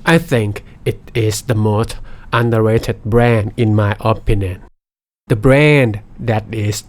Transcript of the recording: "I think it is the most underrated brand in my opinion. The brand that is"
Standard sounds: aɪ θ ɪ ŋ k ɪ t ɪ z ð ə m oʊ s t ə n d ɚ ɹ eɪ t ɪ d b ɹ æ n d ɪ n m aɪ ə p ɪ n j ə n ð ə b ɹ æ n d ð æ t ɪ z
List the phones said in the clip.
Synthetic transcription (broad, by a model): aɪ θ ɪ ŋ k ɪ t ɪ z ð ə m oʊ s t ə n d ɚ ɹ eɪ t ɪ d b ɹ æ n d ɪ n m aɪ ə p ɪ n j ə n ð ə b ɹ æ n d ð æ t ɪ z